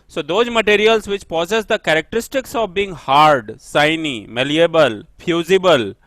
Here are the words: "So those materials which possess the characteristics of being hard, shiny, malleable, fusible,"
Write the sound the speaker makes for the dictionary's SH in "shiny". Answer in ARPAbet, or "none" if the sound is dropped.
S